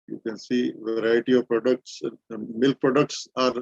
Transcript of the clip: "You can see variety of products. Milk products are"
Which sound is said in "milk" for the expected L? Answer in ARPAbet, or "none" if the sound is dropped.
L